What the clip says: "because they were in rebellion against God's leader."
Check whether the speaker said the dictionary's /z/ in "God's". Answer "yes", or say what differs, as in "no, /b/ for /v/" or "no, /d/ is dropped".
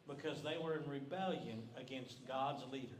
yes